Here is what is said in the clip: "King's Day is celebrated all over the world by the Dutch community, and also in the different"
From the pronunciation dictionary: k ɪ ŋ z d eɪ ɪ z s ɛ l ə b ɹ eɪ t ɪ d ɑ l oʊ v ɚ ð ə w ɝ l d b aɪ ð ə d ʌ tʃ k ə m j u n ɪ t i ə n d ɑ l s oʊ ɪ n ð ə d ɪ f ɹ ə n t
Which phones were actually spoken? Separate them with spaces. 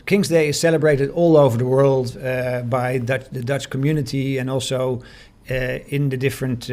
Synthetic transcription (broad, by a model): k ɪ ŋ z d eɪ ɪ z s ɛ l ə b ɹ eɪ t ɪ d ɑ l oʊ v ɚ ð ə w ɝ l d b aɪ ð ə d ʌ tʃ k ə m j u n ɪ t i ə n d ɑ l s oʊ ɪ n ð ə d ɪ f ɹ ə n t